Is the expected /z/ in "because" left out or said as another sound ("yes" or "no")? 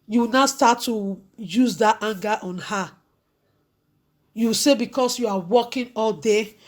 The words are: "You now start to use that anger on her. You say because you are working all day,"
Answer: yes